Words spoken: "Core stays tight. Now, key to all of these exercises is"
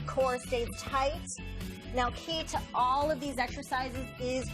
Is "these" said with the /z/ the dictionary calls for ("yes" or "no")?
yes